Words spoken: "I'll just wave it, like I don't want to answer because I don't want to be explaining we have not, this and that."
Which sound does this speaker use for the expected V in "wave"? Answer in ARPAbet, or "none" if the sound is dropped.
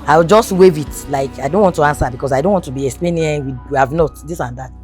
V